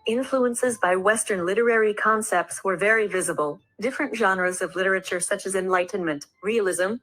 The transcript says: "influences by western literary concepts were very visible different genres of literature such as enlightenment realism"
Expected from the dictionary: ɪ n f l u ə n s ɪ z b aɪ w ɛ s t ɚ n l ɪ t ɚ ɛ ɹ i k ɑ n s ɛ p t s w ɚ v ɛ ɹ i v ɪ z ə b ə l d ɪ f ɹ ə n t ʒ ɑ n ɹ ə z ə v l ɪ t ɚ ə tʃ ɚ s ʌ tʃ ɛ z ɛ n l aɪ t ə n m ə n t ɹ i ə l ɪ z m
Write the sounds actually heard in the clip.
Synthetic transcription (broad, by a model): ɪ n f l u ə n s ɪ z b aɪ w ɛ s t ɚ n l ɪ t ɚ ɛ ɹ i k ɑ n s ɛ p t s w ɚ v ɛ ɹ i v ɪ z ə b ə l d ɪ f ɹ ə n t ʒ ɑ n ɹ ə z ə v l ɪ t ɚ ə tʃ ɚ s ʌ tʃ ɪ z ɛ n l aɪ t n m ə n t ɹ i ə l ɪ z m